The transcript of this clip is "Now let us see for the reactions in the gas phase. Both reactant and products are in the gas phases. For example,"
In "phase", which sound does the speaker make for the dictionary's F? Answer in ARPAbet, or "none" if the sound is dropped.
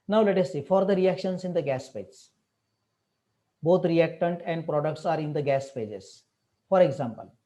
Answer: P